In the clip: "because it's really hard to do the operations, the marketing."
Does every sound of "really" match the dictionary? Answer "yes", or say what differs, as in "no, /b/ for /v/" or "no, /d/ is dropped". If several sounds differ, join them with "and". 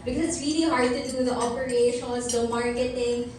no, /l/ is dropped